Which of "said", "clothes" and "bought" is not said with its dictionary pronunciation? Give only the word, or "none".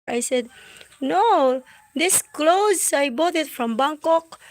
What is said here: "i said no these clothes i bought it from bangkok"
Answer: none